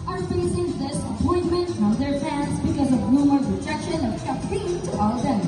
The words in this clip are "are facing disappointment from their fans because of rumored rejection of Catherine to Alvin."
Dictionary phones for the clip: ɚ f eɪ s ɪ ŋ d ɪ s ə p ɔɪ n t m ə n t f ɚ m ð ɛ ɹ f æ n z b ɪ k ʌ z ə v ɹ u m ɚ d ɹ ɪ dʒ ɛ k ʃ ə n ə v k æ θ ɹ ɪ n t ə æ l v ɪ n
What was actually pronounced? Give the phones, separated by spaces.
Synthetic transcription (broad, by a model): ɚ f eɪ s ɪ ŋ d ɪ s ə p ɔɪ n m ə n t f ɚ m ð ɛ ɹ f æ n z b ɪ k ʌ z ə v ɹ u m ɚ ɹ ɪ dʒ ɛ k ʃ ə n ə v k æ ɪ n t ə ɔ l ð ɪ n